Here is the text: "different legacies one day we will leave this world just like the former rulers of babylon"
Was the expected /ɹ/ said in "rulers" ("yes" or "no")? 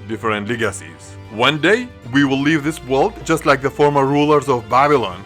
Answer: yes